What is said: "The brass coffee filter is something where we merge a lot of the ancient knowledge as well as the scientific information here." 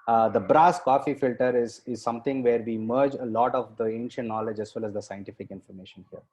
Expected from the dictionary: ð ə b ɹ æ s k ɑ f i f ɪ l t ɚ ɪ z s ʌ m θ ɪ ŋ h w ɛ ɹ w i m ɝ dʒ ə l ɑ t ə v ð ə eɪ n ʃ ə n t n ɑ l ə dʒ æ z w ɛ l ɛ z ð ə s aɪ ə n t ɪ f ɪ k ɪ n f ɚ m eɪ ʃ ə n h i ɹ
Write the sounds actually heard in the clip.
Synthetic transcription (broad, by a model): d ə b ɹ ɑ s k ɑ f i f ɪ l t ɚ ɪ z s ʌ m t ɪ ŋ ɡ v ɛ ɹ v i m ɝ dʒ ə l ɑ t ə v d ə eɪ n ʃ ə n t n ɑ l ə dʒ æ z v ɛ l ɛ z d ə s aɪ ə n t ɪ f ɪ k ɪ n f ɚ m eɪ ʃ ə n h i ɹ